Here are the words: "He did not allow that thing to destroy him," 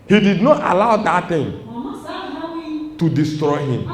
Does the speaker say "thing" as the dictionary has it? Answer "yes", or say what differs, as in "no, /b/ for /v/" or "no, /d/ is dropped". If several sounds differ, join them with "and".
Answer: no, /t/ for /θ/